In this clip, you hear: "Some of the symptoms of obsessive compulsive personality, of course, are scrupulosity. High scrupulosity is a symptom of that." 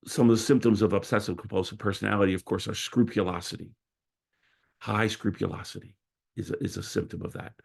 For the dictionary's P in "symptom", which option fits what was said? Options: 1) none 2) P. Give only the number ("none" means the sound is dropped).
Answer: 2